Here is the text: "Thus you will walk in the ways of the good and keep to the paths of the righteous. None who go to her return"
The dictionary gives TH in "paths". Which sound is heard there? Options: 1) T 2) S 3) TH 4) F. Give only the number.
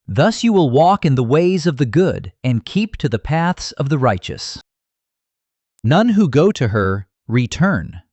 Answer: 3